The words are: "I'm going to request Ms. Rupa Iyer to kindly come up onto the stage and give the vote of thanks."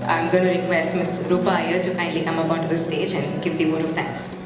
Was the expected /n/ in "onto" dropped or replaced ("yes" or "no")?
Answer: yes